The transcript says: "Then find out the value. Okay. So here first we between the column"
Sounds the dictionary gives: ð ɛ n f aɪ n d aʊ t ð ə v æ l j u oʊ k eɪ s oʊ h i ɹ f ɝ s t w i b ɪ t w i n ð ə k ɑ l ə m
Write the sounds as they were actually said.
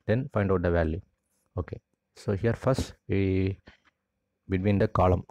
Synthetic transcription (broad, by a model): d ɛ n f aɪ n d aʊ t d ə v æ l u oʊ k eɪ s oʊ h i ɹ f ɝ s t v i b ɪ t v i n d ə k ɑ l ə m